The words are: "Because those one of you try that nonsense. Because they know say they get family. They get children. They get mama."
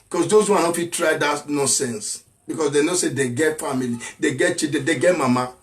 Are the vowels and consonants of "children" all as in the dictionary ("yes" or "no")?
no